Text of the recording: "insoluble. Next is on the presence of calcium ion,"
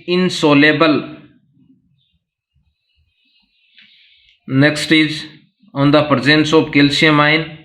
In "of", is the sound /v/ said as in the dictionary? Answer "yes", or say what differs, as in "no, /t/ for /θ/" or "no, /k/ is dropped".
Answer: no, /p/ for /v/